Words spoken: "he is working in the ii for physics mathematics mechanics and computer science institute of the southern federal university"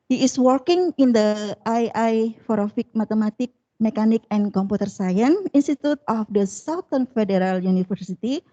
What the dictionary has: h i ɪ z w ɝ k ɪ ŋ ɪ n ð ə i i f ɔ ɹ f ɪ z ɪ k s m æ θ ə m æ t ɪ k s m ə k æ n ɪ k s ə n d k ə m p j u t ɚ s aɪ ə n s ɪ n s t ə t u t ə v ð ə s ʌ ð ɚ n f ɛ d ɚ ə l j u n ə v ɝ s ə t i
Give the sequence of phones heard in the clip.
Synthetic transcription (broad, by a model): h i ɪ s w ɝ k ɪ ŋ ɪ n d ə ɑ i f ɔ ɹ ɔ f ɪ k m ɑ t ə m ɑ t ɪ k m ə k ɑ n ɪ k ə n k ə m p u t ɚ s aɪ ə n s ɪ n s t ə t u t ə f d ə s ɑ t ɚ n f ɛ d ɚ ə l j u n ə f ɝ s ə t i